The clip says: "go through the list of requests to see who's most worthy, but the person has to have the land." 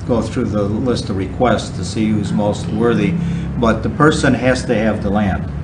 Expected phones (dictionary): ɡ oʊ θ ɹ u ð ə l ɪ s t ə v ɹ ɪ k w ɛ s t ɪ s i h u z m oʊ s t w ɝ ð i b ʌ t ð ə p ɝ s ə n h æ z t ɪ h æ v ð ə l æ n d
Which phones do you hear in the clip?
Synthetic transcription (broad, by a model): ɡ oʊ θ ɹ u ð ə l ɪ s t ə v ɹ ɪ k w ɛ s t ɪ s i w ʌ z m oʊ s t w ɝ ð i b ʌ t ð ə p ɝ s ə n h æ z t ɪ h v ð ə l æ n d